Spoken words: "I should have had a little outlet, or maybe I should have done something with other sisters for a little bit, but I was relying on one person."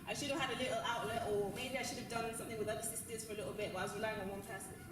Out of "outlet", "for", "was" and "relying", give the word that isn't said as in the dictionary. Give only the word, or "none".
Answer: none